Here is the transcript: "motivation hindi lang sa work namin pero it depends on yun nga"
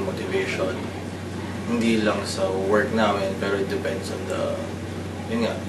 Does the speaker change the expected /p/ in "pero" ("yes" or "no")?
no